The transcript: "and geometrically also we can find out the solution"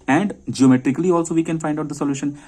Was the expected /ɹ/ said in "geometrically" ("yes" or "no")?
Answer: yes